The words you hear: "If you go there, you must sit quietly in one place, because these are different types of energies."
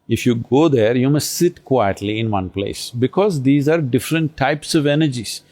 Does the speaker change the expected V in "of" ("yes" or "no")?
no